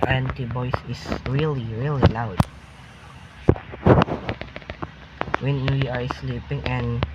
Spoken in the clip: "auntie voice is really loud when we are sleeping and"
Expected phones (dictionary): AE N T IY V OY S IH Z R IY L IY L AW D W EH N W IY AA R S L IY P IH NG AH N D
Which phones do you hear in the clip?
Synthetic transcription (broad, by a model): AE N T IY B OY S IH S R IY L IY L AW D W EH N W IY AA R S L IY P IH NG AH N